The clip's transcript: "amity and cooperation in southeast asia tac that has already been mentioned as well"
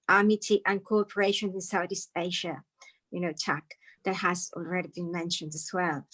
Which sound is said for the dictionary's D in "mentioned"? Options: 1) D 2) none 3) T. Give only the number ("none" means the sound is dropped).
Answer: 1